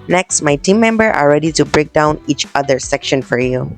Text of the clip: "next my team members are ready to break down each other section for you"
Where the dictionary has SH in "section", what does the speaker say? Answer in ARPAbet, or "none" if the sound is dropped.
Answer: SH